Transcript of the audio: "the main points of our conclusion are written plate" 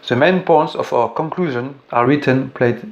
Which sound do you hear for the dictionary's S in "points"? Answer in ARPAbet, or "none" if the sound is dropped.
S